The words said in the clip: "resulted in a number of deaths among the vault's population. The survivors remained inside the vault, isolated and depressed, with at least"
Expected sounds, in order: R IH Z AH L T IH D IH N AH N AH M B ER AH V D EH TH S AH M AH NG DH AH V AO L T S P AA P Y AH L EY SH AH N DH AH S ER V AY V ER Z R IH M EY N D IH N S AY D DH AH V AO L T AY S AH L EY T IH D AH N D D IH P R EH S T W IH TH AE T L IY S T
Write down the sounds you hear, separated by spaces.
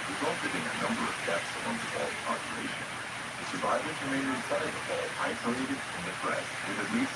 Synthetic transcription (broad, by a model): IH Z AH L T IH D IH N AH N AH M B ER AH V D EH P S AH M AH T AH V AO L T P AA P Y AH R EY SH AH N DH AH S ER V AY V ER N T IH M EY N IH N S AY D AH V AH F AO AY S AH L EY T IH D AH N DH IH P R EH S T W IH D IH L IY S